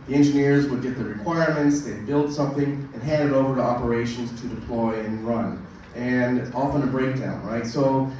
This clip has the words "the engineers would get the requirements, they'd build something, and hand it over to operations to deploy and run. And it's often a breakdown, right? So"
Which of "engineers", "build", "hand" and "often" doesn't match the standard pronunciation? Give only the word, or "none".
none